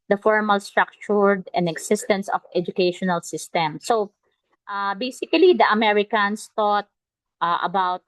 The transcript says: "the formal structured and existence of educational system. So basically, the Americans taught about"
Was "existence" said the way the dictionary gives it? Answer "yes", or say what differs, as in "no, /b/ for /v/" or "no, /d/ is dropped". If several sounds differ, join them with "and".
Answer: no, /s/ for /z/